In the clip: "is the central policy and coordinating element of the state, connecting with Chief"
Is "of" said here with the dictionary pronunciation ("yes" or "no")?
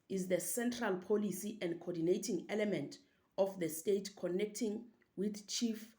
no